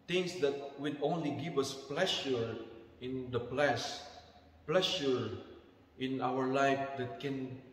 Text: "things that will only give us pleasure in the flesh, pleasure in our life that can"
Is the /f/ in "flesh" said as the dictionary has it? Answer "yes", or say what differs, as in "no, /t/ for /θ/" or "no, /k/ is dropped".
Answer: no, /p/ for /f/